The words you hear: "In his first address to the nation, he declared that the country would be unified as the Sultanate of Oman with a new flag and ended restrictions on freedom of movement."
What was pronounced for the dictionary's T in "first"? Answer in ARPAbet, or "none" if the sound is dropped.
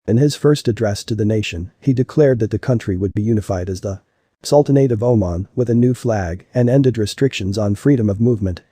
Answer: T